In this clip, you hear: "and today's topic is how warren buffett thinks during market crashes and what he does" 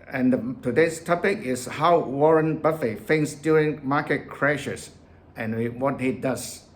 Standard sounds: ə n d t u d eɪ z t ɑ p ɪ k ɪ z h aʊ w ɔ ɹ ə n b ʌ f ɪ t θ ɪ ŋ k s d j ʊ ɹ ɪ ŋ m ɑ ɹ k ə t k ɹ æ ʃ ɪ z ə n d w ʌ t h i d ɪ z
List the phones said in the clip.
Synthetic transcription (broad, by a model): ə n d t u d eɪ s t ɑ p ɪ k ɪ s h aʊ w ɔ ɹ ə n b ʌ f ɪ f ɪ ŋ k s d j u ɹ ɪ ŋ m ɑ k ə t k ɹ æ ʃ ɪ s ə n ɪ w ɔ t h i d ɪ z